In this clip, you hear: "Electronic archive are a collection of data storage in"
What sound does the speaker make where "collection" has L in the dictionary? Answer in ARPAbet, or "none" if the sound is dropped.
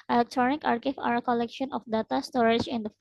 L